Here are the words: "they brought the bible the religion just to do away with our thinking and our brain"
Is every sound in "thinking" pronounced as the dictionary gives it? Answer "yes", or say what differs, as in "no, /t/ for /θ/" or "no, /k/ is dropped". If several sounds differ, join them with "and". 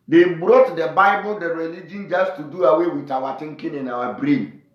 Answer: no, /t/ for /θ/